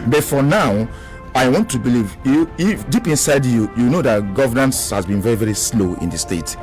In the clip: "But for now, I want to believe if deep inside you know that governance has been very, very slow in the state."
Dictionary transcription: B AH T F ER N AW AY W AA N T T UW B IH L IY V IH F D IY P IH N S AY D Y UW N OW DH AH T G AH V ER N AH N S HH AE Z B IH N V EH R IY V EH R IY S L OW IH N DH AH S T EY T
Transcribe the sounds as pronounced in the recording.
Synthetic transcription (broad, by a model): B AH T F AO N AW AY W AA N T T UW B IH L IY V IH F D IY P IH N S AY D Y UW N OW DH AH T G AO V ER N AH N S HH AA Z B IH N V EH R IY V EH R IY S L OW IH N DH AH S T EY T